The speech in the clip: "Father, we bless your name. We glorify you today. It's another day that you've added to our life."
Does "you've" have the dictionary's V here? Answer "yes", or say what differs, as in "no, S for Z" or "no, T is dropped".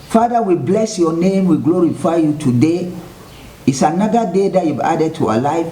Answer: no, B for V